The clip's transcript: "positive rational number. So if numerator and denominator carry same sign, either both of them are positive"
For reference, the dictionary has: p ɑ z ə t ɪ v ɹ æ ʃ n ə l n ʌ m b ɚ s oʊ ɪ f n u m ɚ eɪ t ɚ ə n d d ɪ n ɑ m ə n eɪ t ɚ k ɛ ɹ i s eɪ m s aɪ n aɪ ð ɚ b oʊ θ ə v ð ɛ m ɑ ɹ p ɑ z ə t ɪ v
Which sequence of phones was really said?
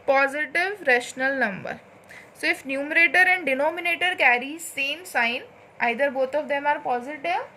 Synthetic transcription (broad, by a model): p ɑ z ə t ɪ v ɹ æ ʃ n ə l n ʌ m b ɚ s oʊ ɪ f n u m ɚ eɪ t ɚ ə n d d ɪ n ɑ m ə n eɪ t ɚ k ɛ ɹ i s eɪ m s aɪ n aɪ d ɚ b oʊ t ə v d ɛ m ɑ ɹ p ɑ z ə t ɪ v